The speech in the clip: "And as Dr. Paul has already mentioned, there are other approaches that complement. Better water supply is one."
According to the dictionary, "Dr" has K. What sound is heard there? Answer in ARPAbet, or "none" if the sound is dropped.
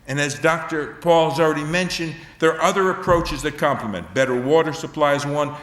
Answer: K